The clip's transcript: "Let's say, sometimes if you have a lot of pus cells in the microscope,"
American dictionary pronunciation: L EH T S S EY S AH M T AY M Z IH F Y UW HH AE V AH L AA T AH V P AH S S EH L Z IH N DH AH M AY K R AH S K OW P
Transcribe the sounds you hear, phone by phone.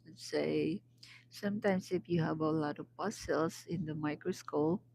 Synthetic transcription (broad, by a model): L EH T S S EY S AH M T AY M S IH F Y UW HH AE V AH L AA T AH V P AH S S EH L S IH N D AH M AY K R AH S K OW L